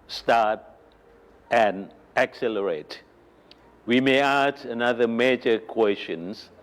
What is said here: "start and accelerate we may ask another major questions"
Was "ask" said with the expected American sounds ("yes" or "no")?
no